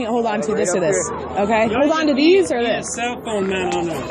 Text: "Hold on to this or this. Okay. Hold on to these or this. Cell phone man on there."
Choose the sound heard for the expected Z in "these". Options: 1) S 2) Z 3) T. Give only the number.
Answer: 2